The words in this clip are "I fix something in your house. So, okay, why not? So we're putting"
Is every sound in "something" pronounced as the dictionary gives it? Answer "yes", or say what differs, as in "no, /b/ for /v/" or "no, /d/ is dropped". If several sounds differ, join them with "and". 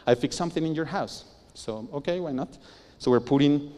yes